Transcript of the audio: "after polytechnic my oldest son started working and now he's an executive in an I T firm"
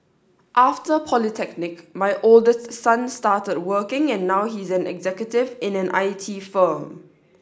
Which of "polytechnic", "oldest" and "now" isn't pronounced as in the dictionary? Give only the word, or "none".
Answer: none